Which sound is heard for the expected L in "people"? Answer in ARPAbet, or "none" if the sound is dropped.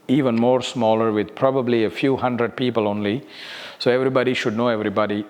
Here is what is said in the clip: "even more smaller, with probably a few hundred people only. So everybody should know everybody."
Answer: L